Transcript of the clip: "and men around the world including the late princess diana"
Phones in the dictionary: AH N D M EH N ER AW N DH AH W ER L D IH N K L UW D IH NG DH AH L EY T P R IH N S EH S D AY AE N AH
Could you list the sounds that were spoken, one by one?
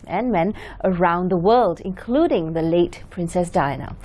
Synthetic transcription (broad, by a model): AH N M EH N ER AW N DH AH W ER L D IH N K L UW D IH NG DH AH L EY T P R IH N S EH S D AY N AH